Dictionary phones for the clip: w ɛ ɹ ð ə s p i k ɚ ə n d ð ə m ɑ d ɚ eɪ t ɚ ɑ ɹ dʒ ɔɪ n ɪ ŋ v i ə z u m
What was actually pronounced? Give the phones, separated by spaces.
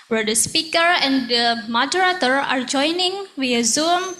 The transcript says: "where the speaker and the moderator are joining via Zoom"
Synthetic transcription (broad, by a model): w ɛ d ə s p i k ɚ ə n d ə m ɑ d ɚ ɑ t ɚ ɑ ɹ dʒ ɔɪ n ɪ ŋ w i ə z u m